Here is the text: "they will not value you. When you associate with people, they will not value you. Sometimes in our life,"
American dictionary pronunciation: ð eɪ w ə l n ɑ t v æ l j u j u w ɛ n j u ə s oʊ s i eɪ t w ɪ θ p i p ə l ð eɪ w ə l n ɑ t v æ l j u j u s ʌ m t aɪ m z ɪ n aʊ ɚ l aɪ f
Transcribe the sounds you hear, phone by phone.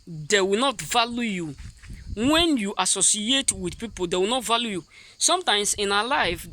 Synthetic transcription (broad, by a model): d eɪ w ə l n ɑ t v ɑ l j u j u w ɛ n j u ə s oʊ s i eɪ t w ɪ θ p i p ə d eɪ w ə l n ɑ t v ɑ l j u j u s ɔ m t aɪ m s ɪ n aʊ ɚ l aɪ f